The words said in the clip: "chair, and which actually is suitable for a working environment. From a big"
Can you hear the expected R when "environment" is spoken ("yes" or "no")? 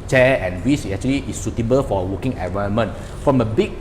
no